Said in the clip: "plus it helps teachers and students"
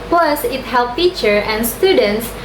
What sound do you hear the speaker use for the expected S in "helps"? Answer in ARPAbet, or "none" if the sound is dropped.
none